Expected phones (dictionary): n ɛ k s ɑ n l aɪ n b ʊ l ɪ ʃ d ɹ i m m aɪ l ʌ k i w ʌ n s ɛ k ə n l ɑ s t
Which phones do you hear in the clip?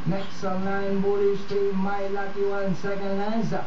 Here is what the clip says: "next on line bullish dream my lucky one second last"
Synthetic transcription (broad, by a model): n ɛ k s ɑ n n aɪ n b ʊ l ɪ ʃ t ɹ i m m aɪ l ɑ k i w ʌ n s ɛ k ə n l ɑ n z